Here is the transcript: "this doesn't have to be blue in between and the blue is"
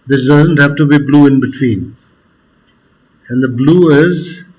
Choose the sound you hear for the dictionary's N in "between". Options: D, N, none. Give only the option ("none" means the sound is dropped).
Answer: N